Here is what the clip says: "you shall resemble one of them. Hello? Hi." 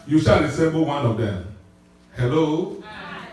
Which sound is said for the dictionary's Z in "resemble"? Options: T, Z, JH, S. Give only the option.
S